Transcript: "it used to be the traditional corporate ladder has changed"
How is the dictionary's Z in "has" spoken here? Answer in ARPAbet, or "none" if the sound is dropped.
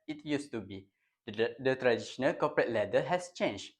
S